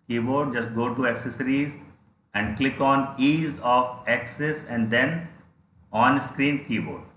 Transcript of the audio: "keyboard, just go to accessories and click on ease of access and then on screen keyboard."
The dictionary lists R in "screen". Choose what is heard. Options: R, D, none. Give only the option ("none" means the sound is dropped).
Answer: R